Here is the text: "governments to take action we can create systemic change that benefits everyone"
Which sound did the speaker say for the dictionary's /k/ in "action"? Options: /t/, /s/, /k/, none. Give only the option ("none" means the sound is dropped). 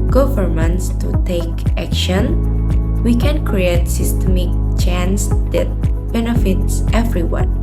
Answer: /k/